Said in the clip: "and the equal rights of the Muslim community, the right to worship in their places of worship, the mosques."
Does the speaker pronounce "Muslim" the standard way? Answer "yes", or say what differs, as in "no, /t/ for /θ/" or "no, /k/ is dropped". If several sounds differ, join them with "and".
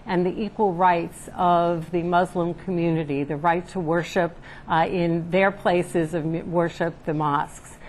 yes